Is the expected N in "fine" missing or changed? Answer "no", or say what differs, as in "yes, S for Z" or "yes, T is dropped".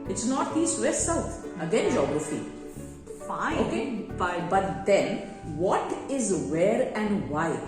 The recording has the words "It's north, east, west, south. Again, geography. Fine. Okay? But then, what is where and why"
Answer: yes, N is dropped